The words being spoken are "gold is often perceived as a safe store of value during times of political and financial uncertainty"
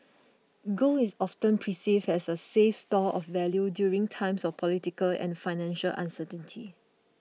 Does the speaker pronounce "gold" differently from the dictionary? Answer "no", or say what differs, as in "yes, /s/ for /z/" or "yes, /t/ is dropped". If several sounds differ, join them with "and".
yes, /d/ is dropped